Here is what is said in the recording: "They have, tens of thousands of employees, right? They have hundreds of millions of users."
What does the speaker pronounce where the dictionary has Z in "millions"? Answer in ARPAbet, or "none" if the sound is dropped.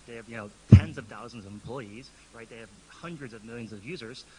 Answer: Z